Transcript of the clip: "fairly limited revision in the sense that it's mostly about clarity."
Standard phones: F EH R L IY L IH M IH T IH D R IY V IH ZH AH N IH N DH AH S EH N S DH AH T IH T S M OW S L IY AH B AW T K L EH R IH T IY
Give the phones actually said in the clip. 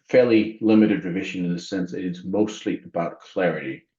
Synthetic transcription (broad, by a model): F EH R L IY L IH M IH T IH D R IY V IH ZH AH N IH N DH AH S EH N S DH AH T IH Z M OW S L IY AH B AW T K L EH R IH T IY